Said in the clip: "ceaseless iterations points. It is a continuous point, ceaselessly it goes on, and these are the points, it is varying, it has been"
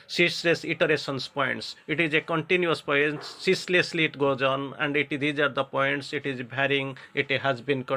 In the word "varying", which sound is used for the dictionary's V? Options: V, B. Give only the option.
B